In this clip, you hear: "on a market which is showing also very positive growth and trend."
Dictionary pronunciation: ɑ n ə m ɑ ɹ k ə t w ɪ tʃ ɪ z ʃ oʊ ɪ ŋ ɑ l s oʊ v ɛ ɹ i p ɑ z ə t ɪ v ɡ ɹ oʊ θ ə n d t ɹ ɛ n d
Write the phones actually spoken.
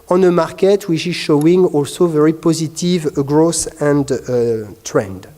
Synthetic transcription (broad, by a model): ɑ n ə m ɑ ɹ k ə t w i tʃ ɪ z ʃ oʊ ɪ ŋ ɑ l s oʊ v ɛ ɹ i p ɑ z ə t ɪ v ɡ ɹ oʊ s ə n d t ɹ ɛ n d